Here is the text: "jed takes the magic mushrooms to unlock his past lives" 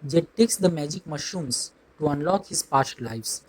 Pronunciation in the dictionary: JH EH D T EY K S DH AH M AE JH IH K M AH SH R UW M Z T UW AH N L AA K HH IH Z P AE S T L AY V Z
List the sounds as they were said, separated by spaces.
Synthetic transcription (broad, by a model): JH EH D T EY K S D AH M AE JH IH K M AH SH UW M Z T UW AH N L AA K HH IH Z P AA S T L AY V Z